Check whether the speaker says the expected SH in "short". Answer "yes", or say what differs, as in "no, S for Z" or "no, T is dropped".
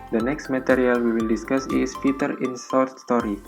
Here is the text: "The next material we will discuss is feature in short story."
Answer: no, S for SH